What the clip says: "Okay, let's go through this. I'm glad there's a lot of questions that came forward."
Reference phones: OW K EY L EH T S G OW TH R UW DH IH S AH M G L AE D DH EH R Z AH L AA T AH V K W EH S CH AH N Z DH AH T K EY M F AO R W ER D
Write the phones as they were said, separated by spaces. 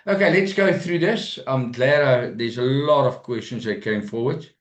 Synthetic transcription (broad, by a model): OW K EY L EH T S G OW TH R UW DH IH S AH M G L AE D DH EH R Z AH L AA T AH V K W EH S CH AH N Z DH AH T K EY M F AO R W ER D